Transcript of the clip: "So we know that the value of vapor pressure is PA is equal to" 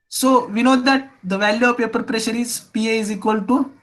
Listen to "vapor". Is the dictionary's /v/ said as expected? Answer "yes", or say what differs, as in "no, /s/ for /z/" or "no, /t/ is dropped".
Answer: no, /p/ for /v/